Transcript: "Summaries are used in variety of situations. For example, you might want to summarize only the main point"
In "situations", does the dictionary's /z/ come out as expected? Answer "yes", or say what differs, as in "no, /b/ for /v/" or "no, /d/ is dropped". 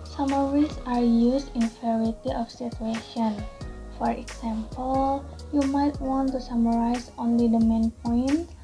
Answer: no, /z/ is dropped